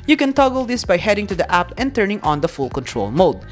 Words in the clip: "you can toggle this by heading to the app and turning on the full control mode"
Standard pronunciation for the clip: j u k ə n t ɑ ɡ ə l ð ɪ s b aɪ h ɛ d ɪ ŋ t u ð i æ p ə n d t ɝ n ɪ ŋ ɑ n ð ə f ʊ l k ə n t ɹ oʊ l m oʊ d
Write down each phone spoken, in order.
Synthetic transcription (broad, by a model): j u k ə n t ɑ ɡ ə l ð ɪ s b aɪ h ɛ d ɪ ŋ t u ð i æ p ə n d t ɝ n ɪ ŋ ɑ n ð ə f ʊ l k ə n t ɹ oʊ l m oʊ d